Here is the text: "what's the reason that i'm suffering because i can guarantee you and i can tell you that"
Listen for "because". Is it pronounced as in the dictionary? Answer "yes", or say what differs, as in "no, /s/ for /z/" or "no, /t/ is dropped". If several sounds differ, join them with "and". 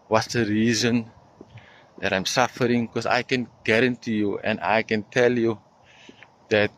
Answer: no, /s/ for /z/